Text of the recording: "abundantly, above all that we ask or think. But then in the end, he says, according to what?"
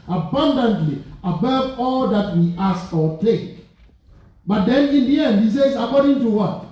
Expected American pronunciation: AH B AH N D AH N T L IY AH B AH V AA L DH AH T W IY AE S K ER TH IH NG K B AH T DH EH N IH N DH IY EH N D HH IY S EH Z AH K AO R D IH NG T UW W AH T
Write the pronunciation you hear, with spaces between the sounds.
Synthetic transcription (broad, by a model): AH B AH N D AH N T L IY AH B AH V AA L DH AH T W IY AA S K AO T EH K B AH T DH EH N IH N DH IY EH N D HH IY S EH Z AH K AO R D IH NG T UW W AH T